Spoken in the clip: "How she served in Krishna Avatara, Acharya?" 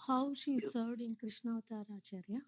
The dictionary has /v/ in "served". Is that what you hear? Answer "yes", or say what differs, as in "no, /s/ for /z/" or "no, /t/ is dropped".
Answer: no, /v/ is dropped